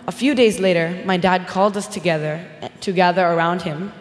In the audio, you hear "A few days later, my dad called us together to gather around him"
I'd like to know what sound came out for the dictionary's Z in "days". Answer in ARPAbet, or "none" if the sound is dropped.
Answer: Z